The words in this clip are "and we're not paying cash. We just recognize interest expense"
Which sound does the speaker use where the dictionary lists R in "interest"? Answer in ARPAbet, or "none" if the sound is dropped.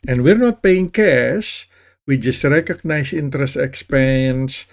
R